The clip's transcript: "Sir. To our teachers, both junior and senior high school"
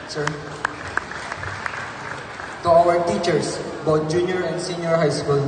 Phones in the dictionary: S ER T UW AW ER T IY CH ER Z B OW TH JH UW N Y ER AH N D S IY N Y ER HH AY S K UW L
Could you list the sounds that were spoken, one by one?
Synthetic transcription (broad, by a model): S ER T UW AW ER T IY CH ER S B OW T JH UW N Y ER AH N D S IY N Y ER HH AY S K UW L